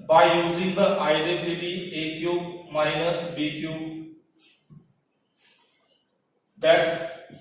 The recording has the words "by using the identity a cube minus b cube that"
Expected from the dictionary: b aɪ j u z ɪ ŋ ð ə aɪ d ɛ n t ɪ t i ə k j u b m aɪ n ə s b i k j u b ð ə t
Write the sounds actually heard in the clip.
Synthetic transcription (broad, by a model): b aɪ j u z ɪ ŋ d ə aɪ d ɛ n t ɪ t i ə k j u m aɪ n ə s b i k j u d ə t